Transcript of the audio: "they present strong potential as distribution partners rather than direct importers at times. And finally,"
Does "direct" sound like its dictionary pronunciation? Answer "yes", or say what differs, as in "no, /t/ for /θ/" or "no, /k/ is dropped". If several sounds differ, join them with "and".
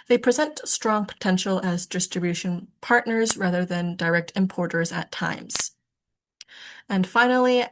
yes